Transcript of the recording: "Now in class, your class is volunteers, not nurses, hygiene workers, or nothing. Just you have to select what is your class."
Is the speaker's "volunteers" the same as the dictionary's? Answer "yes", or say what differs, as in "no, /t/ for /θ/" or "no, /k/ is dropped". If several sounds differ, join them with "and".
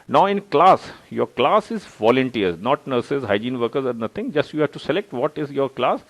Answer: no, /z/ is dropped